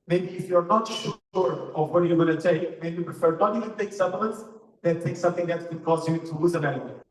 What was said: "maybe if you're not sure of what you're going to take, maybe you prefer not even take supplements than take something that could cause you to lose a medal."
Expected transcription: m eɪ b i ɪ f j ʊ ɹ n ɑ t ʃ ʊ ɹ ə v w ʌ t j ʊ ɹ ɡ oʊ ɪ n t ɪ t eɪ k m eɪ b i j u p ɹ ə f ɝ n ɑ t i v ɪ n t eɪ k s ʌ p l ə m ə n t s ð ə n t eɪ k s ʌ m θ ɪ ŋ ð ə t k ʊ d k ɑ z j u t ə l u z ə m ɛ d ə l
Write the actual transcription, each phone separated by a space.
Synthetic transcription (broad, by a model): m eɪ b i ɪ f j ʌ ɹ n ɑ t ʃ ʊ ɹ ə v w ʌ t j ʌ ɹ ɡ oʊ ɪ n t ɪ t eɪ k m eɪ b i p ɹ ə f ɝ n ɑ t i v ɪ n t eɪ k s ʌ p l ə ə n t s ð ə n t eɪ k s ʌ m θ ɪ ŋ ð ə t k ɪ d k ɑ z j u t ə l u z ə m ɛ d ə